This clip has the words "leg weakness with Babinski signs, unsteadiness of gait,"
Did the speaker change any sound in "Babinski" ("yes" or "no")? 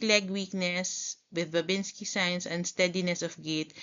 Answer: no